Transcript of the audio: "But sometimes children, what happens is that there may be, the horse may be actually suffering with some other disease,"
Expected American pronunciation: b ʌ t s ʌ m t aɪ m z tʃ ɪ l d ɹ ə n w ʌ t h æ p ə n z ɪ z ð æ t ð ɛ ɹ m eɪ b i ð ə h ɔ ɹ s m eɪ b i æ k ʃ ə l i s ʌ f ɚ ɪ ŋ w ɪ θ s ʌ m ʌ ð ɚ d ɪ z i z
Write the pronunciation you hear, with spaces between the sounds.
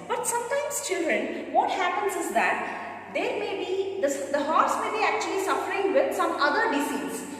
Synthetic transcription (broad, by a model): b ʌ t s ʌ m t aɪ m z tʃ ɪ l d ɹ ə n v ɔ t h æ p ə n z ɪ z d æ t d ɛ ɹ m eɪ b i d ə h ɔ ɹ s m eɪ b i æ k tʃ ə l i s ʌ f ɚ ɪ ŋ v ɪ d s ʌ m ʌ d ɚ d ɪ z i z